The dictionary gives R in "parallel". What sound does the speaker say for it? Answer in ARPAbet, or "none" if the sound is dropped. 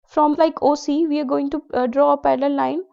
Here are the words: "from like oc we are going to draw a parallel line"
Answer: L